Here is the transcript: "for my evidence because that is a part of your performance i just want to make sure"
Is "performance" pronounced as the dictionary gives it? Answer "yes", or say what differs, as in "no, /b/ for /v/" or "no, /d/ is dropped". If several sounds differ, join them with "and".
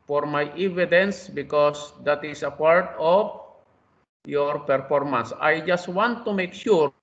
yes